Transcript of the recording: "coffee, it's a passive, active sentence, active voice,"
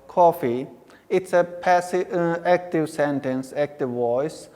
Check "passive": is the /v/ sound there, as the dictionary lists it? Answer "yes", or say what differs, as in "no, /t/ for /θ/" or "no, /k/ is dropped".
no, /v/ is dropped